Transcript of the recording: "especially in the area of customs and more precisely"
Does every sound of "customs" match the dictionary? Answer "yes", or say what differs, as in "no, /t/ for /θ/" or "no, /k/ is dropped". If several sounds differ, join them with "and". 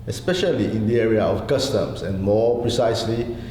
no, /s/ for /z/